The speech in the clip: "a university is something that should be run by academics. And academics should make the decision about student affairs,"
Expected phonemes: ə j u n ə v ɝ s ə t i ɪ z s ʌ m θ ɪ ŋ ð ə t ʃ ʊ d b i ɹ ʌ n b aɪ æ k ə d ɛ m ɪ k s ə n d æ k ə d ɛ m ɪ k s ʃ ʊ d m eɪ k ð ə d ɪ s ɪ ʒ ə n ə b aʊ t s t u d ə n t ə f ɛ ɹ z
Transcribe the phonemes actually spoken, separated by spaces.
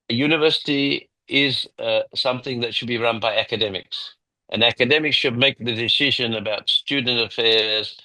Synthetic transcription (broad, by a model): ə j u n ə v ɝ s ə t i ɪ z s ʌ m θ ɪ ŋ ð ə t ʃ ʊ d b i ɹ ʌ n b aɪ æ k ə d ɛ m ɪ k s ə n æ k ə d ɛ m ɪ k s ʃ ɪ d m eɪ k ð ə d ɪ s ɪ ʒ ə n ə b aʊ t s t u d n t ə f ɛ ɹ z